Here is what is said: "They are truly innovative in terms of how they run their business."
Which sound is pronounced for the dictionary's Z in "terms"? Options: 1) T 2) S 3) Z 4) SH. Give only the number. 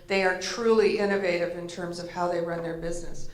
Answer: 3